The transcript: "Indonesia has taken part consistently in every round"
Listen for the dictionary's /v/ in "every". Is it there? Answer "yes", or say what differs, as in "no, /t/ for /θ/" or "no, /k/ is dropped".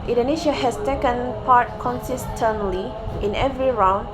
yes